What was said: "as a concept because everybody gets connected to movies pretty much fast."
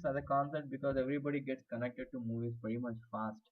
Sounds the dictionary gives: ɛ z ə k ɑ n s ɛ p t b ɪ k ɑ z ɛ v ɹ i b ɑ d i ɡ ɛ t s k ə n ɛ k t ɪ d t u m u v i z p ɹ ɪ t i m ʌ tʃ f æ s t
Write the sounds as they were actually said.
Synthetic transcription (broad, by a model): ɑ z ə k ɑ n s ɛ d t b ɪ k ɑ z ɛ v ɹ i b ɑ d i ɡ ɛ t s k ə n ɛ k t ɪ d t u m u v i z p ɛ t i m ʌ tʃ f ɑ s t